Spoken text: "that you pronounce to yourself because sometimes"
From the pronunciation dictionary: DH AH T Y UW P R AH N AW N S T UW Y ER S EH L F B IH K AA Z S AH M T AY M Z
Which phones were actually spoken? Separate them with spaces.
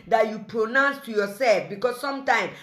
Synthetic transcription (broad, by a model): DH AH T Y UW P R AH N AW N S T UW Y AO S EH L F B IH K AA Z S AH M T AY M